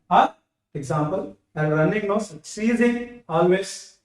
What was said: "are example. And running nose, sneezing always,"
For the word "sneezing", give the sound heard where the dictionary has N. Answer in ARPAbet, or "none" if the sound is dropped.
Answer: none